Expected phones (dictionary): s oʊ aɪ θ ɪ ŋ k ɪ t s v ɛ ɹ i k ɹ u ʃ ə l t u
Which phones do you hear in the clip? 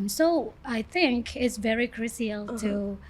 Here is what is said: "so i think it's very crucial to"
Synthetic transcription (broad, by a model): s oʊ aɪ θ ɪ ŋ k ɪ t s v ɛ ɹ i k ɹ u s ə l t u